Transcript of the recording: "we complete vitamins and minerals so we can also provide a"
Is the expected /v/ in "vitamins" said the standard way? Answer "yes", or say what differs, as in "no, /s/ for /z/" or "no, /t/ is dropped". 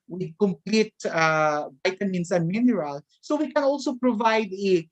no, /b/ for /v/